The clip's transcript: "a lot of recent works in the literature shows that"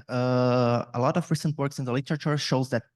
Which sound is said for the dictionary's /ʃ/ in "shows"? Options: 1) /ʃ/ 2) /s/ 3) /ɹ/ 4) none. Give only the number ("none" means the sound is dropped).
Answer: 1